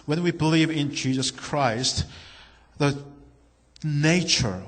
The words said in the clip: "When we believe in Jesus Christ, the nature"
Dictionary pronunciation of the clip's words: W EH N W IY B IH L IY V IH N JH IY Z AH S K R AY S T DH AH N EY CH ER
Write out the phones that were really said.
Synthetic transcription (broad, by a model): W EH N W IY B IH L IY V IH N JH IY Z AH S K R AY S T DH AH N EY CH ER